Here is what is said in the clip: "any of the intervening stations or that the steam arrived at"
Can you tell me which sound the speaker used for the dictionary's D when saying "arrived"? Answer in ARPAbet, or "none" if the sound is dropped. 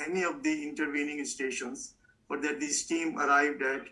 D